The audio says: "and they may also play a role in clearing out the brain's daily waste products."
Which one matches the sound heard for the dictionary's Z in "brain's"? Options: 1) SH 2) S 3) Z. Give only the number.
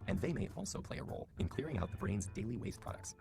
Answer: 3